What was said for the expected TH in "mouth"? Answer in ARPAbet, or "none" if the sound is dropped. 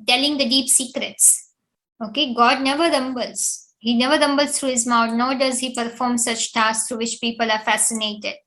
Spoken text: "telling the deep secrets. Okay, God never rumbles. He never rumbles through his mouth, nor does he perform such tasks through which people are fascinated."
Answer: T